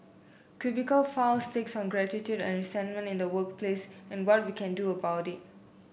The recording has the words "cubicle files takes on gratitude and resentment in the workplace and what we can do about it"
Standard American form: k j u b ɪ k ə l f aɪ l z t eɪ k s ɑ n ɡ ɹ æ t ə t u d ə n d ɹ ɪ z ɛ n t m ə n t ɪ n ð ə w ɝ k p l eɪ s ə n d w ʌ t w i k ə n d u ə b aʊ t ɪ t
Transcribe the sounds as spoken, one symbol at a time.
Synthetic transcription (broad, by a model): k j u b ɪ k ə l f aɪ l s t eɪ k s ɑ n ɡ ɹ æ t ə t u d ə n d ɹ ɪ s ɛ n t m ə n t ɪ n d ə w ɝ k p l eɪ s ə n w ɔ t w i k ə n d u ə b aʊ t ɪ t